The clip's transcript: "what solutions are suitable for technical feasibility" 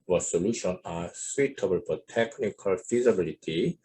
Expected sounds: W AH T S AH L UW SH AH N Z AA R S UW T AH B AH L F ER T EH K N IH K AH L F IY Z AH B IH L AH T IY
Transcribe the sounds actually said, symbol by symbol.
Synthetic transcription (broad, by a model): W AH S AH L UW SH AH N AA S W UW T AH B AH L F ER T EH K N IH K AH L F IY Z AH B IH L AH T IY